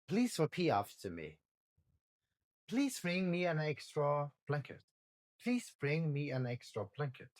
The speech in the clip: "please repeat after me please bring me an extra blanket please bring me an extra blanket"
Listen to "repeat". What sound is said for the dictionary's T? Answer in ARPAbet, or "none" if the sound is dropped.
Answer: none